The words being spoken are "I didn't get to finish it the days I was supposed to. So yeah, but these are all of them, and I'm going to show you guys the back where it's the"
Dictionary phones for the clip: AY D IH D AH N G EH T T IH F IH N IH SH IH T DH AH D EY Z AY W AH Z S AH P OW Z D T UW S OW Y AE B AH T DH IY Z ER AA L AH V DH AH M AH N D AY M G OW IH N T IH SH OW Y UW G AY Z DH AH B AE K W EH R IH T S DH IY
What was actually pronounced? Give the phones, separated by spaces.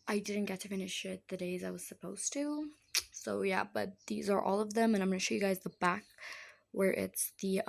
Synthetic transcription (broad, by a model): AY D IH D N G EH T T IH F IH N IH SH IH T DH AH D EY Z AY W AH Z S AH P OW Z T UW S OW Y AE B AH T DH IY Z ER AA L AH V DH AH M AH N AY M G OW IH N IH SH OW Y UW G AY Z DH AH B AE K W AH R IH T S DH IY